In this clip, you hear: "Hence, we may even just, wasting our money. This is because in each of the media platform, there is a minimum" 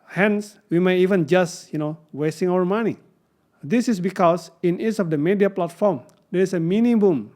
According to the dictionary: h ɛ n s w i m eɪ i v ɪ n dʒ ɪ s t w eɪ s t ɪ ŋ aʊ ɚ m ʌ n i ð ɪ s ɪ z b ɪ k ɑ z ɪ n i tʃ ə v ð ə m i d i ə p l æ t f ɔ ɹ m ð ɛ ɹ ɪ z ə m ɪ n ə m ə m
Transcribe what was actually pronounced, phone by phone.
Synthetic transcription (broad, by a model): h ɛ n s w i m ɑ i v ɪ n dʒ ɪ s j w eɪ s t ɪ ŋ aʊ ɚ m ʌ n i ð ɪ s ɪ s b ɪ k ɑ s ɪ n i s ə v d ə m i d i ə p l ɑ t f ɔ ɹ m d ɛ ɹ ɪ s ə m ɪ n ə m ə m